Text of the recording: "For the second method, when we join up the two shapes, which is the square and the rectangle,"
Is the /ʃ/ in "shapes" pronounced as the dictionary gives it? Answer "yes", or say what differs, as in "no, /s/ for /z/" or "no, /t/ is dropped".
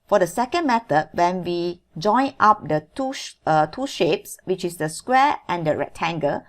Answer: yes